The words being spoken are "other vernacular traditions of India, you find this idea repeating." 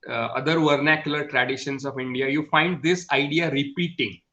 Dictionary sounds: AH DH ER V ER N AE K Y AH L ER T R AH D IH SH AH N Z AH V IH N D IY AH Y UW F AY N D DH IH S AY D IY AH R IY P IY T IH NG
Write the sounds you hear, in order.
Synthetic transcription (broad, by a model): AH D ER V ER N AE K Y AH L ER T R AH D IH SH AH N S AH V IH N D IY AH Y UW F AY N D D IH S AY D IY AH R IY P IY T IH NG